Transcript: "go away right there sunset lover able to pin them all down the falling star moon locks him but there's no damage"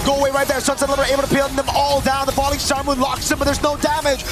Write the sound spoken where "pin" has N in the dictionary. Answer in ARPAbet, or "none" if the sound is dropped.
L